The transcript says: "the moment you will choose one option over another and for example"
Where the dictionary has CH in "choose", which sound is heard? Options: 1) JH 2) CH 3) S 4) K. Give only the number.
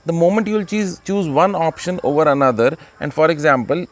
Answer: 2